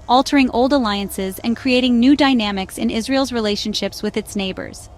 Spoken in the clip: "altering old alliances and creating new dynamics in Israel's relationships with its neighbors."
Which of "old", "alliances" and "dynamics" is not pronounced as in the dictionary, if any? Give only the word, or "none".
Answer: none